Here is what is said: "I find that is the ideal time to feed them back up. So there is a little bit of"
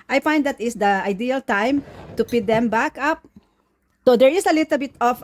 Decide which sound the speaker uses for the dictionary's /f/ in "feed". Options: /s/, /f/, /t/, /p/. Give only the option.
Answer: /p/